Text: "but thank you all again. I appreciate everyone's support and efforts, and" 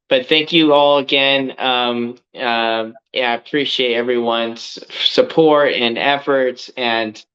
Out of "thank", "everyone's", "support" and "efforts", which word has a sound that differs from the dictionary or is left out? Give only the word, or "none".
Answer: none